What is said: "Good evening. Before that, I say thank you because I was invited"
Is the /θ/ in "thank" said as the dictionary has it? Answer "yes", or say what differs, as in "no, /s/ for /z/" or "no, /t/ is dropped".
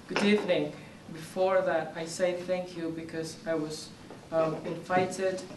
yes